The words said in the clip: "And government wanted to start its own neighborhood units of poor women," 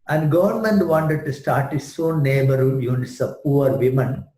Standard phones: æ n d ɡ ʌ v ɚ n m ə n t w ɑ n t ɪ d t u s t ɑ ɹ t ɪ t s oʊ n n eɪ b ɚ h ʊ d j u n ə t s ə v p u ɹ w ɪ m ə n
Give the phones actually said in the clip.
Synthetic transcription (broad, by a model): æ n d ɡ ʌ v ɚ n m ə n t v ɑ n t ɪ d t u s t ɑ ɹ t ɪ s oʊ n n eɪ b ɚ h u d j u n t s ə p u ɹ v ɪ m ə n